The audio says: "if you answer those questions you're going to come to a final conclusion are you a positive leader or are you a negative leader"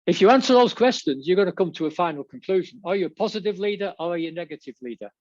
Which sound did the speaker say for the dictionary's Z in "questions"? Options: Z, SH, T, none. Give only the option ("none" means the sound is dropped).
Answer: Z